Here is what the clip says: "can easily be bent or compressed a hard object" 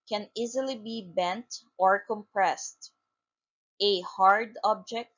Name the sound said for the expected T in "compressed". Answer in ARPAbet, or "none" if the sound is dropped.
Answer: T